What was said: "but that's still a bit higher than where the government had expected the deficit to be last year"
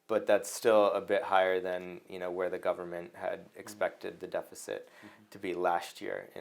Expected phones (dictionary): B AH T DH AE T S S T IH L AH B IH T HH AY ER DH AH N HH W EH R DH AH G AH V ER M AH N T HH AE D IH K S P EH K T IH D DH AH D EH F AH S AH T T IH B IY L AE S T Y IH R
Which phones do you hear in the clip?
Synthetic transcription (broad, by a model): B AH T DH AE T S S T IH L AH B IH T HH AY ER DH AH N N W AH R DH AH G AH V ER M AH N T HH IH D IH K S P EH K T IH D DH AH D EH F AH S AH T T IH B IY L AE S T Y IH R